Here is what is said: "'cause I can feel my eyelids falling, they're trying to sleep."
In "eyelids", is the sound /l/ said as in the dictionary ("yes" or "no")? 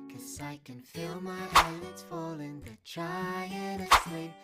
no